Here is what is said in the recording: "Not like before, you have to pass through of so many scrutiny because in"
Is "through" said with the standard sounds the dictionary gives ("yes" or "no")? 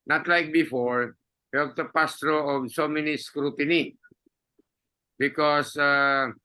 no